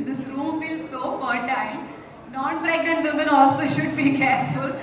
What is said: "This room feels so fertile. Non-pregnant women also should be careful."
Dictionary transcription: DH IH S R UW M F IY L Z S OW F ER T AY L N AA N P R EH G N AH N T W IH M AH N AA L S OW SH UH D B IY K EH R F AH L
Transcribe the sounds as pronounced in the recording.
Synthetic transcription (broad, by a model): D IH S R UW M F IY L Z S OW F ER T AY N N AA N B R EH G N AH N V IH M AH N AA L S OW SH UH D B IY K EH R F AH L